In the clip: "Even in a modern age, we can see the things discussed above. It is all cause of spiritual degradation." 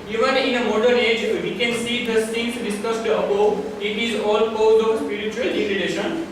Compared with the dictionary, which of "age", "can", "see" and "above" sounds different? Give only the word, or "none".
above